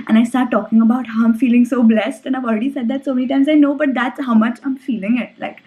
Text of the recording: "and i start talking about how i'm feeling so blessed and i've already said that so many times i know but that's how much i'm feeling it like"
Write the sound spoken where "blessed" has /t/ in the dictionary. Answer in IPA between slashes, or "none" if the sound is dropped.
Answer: /t/